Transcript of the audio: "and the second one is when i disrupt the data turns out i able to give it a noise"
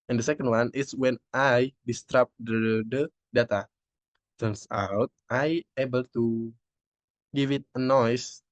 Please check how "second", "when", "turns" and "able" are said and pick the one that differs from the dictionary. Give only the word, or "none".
turns